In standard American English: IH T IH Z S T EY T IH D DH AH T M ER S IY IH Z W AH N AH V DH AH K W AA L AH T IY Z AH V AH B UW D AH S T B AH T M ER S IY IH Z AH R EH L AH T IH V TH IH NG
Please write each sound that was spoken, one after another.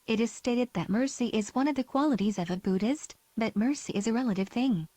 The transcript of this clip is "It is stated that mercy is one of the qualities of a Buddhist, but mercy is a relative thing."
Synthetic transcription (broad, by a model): IH T IH Z S T EY T IH D DH AH T M ER S IY IH Z W AH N AH V DH AH K W AA L AH T IY Z AH V AH B UW D AH S T B AH T M ER S IY IH Z AH R EH L AH T IH V TH IH NG